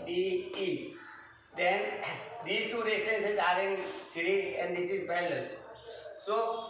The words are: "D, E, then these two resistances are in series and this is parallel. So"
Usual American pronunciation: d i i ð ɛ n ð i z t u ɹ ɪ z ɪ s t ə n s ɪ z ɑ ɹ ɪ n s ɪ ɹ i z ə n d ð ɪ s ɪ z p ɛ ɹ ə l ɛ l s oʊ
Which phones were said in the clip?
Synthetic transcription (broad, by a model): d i i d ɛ n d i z t u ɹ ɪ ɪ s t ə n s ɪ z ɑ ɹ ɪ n s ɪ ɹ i ə n d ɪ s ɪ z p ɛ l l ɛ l s oʊ